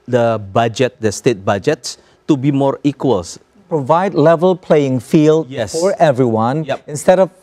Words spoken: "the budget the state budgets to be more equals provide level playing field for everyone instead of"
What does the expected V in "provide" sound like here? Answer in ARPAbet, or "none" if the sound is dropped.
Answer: V